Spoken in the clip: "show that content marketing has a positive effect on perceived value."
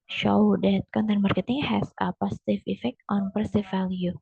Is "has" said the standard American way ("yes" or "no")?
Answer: no